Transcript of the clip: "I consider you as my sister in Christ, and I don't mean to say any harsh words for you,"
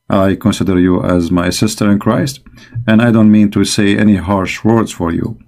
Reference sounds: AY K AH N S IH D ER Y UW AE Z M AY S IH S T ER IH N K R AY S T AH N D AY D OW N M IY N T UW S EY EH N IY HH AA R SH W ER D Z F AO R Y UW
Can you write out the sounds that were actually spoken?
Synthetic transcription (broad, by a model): AY K AH N S IH D ER Y UW AE Z M AY S IH S T ER IH N K R AY S T AH N D AY D OW N M IY N T UW S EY EH N IY HH AA R SH W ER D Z F AO R Y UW